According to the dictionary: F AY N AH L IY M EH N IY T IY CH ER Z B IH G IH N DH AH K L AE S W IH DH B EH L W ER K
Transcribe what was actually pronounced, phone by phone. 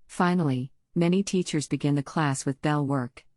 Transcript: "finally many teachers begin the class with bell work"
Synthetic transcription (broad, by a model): F AY N L IY M EH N IY T IY CH ER Z B IH G IH N DH AH K L AE S W IH DH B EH L W ER K